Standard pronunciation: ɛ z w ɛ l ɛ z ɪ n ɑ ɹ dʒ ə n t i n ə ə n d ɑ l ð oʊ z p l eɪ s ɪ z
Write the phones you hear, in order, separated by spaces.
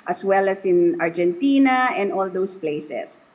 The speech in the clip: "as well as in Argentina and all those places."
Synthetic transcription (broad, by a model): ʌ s w ɛ l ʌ s ɪ n ɑ ɹ dʒ ə n t i n ə ə n d ɑ l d oʊ s p l eɪ s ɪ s